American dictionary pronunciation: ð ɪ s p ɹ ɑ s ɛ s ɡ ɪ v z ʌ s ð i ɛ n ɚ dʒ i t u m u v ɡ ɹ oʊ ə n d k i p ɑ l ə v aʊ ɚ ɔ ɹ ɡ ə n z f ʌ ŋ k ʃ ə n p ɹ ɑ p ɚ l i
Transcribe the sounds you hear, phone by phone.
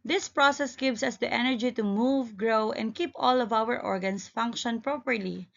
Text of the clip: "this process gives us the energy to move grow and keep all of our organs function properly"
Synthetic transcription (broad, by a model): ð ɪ s p ɹ ɑ s ɛ s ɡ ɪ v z ʌ s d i ɛ n ɚ dʒ i t u m u v ɡ ɹ oʊ ə n d k i p ɑ l ə v aʊ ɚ ɔ ɹ ɡ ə n s f ʌ ŋ k ʃ ə n p ɹ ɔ p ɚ l i